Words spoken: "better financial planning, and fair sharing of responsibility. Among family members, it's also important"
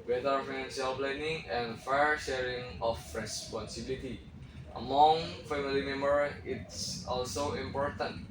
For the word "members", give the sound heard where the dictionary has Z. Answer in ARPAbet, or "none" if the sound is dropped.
none